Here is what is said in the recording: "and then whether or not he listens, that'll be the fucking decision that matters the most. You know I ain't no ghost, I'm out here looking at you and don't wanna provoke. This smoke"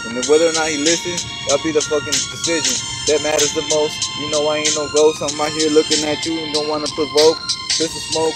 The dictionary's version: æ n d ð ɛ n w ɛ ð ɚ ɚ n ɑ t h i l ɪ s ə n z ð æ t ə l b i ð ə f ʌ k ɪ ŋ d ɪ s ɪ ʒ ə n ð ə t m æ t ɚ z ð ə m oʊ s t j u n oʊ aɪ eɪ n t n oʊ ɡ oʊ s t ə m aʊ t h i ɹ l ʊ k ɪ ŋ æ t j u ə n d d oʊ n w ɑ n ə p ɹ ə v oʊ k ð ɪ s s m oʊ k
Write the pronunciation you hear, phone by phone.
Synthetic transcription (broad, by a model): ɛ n w ɛ ð ɚ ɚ n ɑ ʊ h i l ɪ s ə n z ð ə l b i ð ə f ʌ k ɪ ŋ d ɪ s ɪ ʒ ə n ð ə t m æ t ɚ z ð ə m oʊ s t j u n oʊ aɪ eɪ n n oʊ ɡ oʊ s ə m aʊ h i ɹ l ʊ k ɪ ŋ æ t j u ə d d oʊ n w ɑ n ə p ɹ ə v oʊ k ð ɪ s s m oʊ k